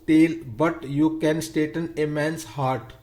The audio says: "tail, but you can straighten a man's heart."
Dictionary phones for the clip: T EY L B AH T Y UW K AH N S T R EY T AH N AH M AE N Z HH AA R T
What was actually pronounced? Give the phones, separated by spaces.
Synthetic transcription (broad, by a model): T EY L B AH T Y UW K AH N S T EY T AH N AH M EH N S HH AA R T